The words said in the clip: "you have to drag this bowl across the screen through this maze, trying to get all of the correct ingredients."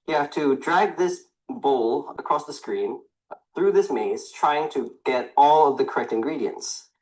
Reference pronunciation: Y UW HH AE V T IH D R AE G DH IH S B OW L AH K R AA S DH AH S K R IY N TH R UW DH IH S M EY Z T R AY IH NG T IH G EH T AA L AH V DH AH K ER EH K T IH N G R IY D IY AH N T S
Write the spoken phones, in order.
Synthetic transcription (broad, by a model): Y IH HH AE F T IH D R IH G DH IH S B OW L AH K R AA S DH AH S K R IY N TH R UW DH IH S M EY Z T R AY IH NG T IH G EH T AA L AH V DH AH K ER EH K T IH N G R IY D IY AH N T S